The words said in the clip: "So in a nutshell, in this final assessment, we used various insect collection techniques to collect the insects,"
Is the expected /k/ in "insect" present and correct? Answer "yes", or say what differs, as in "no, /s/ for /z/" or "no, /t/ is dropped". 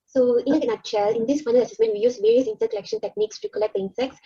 no, /k/ is dropped